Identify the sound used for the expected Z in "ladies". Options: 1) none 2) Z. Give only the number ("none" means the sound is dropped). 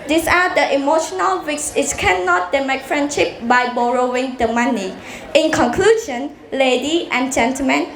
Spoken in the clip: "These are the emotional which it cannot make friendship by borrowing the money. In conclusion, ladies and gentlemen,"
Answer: 1